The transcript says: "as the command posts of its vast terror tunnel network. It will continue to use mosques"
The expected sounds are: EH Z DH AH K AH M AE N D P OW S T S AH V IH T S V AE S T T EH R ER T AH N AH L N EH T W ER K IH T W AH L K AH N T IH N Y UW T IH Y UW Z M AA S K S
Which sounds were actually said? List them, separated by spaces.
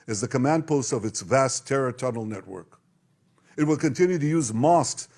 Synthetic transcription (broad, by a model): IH Z DH AH K AH M AE N D P OW S T AH V IH T S V AE S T T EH R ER T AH N L N EH T W ER K IH T W AH L K AH N T IH N Y UW T IH Y UW Z M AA S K S